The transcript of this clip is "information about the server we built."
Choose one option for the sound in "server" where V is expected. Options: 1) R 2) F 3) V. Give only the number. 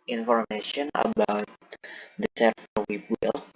2